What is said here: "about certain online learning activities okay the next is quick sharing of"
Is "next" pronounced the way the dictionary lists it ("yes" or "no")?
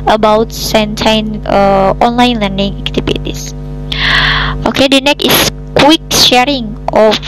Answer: no